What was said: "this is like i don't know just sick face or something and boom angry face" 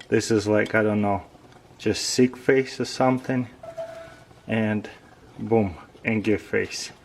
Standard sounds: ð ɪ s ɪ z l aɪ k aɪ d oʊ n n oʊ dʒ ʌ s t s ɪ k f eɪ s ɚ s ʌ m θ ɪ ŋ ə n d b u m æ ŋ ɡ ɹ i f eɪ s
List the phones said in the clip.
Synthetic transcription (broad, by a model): ð ɪ s ɪ z l aɪ k aɪ d oʊ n n oʊ dʒ ʌ s t s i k f eɪ s ɚ s ʌ m θ ɪ ŋ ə n b u m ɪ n ɡ i f eɪ s